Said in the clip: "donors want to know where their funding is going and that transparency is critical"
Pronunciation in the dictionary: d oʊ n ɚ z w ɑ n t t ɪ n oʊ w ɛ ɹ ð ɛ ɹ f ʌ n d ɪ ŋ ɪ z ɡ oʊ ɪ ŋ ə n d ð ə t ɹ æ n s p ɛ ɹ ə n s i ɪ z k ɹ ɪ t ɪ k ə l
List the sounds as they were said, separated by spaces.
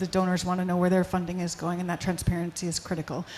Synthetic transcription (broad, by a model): d oʊ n ɚ z w ɑ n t t ɪ n oʊ w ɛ ɹ ð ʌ ɹ f ʌ n d ɪ ŋ ɪ z ɡ oʊ ɪ ŋ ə n ð ə t ɹ æ n s p ɛ ɹ ə n s i ɪ z k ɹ ɪ t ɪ k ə l